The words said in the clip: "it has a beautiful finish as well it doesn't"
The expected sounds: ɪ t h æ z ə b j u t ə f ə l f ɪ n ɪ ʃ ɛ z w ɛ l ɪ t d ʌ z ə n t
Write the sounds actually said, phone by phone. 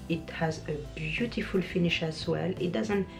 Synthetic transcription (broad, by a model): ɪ t h æ z ə b j u t ə f ə l f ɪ n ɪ ʃ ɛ s w ɛ l ɪ t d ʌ z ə n t